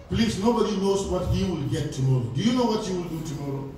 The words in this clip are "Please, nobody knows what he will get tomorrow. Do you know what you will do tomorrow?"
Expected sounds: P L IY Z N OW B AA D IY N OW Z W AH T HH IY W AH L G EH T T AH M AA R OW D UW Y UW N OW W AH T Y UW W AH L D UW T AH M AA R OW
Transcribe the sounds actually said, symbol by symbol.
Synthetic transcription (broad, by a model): P L IY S N OW B AA D IY N OW S W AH T HH IY W AH L G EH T T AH M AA R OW D UW Y UW N OW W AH T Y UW W AH L D UW T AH M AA R OW